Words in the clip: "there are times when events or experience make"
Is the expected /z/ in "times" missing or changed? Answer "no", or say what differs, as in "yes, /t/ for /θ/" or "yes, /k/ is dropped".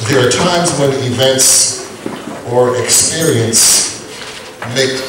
no